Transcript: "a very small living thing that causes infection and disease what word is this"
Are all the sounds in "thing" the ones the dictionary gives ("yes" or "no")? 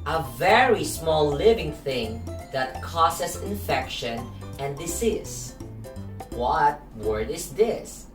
yes